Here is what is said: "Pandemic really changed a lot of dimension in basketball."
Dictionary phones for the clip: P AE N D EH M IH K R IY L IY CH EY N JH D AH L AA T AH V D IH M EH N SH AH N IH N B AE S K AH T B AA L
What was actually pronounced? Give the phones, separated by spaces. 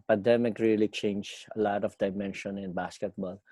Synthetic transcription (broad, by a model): P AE N D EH M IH K R IY L IY CH EY N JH AH L AA T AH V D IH M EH N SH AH N IH N B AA S K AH T B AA L